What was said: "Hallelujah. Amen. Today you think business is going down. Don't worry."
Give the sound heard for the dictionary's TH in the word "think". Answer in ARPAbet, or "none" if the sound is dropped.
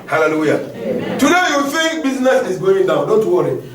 F